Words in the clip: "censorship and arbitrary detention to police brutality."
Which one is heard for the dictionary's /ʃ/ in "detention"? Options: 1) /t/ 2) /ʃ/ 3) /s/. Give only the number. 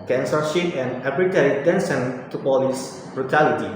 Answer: 3